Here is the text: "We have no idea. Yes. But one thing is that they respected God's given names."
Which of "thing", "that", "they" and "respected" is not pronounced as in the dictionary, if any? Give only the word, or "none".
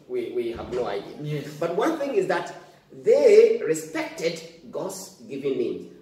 none